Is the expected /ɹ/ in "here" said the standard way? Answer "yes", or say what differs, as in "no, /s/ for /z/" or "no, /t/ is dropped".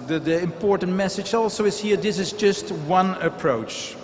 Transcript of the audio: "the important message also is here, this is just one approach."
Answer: yes